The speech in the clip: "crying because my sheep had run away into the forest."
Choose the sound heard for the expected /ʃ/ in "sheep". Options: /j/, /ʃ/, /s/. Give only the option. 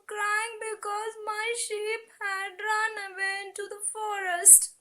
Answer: /ʃ/